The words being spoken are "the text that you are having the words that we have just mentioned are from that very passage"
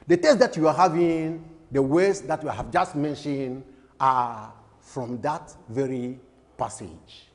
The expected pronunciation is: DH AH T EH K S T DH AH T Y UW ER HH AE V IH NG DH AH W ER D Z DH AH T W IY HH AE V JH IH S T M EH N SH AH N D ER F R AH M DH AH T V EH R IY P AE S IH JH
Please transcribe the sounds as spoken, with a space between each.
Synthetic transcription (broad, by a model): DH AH T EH S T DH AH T Y UW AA HH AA V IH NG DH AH W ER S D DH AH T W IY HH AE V JH IH S T M EH N SH AH N D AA F R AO M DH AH T V EH R IY P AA S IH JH